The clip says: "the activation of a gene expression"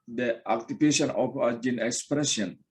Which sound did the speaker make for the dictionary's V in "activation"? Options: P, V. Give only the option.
P